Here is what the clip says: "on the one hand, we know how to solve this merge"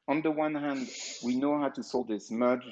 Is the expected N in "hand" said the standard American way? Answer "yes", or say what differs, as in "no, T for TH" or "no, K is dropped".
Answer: yes